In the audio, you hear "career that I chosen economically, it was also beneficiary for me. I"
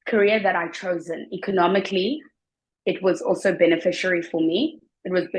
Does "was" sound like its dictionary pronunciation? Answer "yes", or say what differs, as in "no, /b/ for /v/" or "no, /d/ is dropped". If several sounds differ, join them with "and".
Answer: yes